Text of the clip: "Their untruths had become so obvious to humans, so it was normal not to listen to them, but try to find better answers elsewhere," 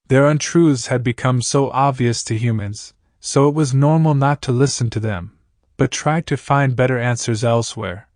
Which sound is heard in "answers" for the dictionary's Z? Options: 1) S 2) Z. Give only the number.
2